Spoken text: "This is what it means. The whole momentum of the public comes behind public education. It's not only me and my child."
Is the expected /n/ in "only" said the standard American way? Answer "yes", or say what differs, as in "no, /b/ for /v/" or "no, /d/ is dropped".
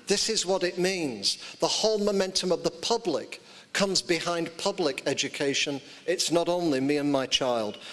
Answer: yes